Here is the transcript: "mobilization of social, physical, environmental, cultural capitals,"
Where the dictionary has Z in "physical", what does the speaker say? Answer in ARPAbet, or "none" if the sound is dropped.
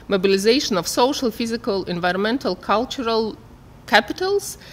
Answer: Z